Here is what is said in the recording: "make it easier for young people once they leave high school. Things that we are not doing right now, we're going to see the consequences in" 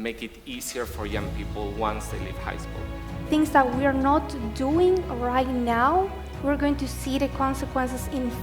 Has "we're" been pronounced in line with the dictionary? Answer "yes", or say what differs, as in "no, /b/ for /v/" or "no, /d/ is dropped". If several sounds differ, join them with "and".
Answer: yes